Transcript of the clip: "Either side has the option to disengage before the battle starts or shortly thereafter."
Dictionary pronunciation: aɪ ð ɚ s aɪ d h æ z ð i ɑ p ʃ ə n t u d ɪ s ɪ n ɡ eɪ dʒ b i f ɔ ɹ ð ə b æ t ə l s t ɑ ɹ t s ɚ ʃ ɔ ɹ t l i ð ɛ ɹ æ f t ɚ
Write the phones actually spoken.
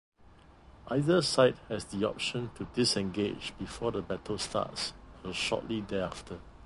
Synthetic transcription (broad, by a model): aɪ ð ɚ s aɪ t h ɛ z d i ɑ p ʃ ə n t u d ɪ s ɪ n ɡ eɪ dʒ b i f ɔ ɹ ə b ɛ t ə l s t ɑ t s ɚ ʃ ɔ t l i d ɛ ɑ f t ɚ